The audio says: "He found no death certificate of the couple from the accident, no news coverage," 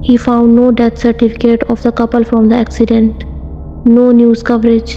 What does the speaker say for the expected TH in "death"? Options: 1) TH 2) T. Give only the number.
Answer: 2